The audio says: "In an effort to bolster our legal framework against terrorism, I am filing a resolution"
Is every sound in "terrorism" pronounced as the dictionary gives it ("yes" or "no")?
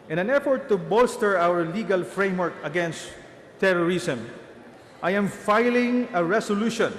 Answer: no